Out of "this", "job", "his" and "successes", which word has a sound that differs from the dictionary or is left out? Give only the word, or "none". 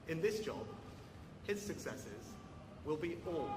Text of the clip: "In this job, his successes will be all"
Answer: none